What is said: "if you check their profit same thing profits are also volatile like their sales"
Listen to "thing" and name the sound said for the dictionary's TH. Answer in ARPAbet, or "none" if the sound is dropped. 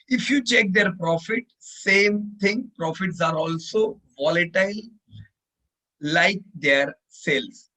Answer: T